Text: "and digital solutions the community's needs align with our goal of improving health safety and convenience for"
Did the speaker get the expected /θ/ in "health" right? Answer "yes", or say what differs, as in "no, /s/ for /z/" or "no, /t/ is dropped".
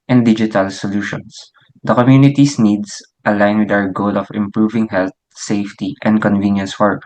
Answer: no, /t/ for /θ/